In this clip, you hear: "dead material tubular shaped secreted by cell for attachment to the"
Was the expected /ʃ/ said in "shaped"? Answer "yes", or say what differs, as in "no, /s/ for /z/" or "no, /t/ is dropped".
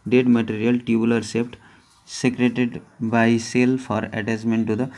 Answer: no, /s/ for /ʃ/